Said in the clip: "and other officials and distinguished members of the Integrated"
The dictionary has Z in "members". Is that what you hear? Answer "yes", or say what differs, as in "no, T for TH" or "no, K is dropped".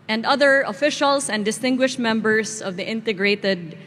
no, S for Z